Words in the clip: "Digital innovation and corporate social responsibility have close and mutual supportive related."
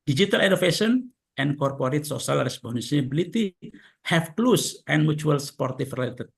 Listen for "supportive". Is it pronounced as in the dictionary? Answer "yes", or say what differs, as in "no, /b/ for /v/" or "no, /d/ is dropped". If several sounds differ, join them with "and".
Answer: no, /f/ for /v/